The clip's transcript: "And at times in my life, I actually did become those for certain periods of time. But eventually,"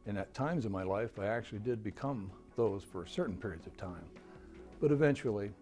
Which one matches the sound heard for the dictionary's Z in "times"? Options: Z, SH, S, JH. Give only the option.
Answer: Z